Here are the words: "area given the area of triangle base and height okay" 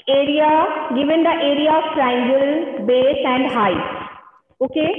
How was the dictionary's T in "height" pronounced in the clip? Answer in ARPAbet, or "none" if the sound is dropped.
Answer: none